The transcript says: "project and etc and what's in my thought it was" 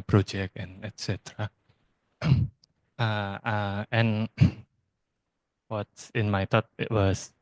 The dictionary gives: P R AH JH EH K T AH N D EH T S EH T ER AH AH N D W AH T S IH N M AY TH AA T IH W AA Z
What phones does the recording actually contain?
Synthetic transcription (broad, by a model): P R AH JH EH K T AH N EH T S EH T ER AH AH N W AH T S IH N M AY T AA T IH W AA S